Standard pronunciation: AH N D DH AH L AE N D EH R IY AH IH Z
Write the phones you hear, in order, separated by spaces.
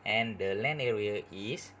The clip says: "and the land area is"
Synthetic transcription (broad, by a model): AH N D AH L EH N EH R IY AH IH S